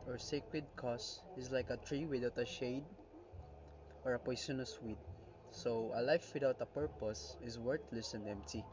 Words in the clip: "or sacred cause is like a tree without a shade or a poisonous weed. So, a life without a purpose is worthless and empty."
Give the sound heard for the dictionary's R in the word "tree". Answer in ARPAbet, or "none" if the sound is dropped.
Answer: R